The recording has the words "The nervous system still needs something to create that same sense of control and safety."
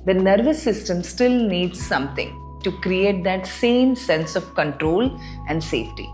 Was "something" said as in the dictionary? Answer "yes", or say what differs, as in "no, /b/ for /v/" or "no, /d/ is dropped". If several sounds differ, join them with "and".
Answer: no, /t/ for /θ/